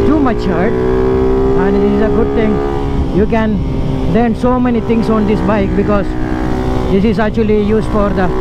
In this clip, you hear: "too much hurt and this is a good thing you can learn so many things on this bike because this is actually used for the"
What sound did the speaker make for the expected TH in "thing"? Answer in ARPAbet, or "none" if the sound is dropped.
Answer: T